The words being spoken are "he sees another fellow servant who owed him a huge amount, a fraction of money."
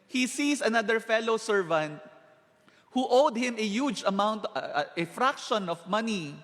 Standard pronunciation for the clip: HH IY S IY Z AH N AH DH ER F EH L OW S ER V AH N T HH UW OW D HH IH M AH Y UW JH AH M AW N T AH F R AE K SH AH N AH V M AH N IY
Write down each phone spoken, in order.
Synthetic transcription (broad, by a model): HH IY S IY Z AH N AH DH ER F EH L OW S ER V AH N T HH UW OW D HH IH M AH Y UW JH AH M AW N T AH F R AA K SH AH N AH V M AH N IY